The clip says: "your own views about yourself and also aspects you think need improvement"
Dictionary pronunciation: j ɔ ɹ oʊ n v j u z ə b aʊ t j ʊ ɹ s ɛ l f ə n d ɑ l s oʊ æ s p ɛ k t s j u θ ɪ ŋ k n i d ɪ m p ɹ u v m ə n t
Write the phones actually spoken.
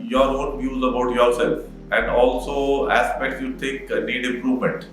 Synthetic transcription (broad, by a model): j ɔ ɹ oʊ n v j u z ə b aʊ t j ʊ ɹ s ɛ l f ə n d ɑ l s oʊ æ s p ɛ k t s j u t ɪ k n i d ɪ m p ɹ u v m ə n t